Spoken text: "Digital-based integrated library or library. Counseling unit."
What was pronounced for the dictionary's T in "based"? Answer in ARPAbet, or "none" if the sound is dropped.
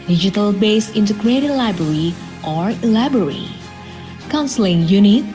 none